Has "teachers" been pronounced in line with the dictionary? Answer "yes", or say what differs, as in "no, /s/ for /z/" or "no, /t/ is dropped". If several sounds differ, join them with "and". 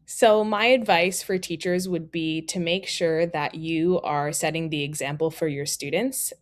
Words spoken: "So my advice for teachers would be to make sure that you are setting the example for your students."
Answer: yes